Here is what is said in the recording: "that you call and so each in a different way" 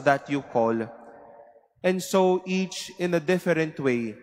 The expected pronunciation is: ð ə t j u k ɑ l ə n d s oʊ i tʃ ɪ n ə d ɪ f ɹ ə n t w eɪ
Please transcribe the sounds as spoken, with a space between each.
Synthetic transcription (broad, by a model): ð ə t j u k ɑ l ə n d s oʊ i tʃ ɪ n ə d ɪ f ɹ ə n t w eɪ